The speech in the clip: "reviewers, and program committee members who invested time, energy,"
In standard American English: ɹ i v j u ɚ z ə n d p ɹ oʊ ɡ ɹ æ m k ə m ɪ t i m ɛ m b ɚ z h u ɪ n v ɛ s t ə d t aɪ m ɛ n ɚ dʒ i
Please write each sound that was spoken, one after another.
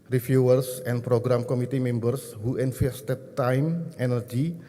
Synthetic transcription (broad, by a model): ɹ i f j u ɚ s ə n p ɹ oʊ ɡ ɹ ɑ m k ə m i t i m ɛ m b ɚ s h u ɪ n f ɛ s t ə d t aɪ m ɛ n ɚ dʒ i